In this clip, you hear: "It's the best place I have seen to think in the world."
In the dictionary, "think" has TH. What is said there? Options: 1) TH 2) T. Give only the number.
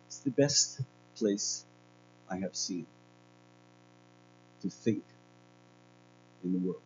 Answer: 1